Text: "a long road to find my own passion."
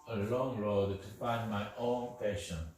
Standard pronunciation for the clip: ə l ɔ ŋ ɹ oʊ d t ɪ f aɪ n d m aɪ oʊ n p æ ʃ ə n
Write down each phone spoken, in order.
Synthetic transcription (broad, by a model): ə l ɔ ŋ ɹ oʊ d t ɪ f aɪ n d m aɪ oʊ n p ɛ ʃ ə n